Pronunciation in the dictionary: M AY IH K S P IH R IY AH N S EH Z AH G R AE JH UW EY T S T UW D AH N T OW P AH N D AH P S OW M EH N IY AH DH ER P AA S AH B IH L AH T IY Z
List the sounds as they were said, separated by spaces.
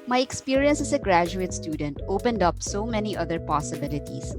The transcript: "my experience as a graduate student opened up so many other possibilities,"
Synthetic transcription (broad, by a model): M AY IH K S P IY R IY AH N S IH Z AH G R AE JH UW EY T S T UW D AH N T OW P AH N D AH P S OW M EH N IY AH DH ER P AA S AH B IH L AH T IY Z